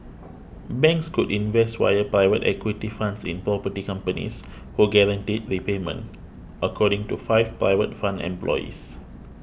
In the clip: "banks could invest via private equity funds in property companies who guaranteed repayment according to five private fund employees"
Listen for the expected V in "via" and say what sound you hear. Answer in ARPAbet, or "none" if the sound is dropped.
W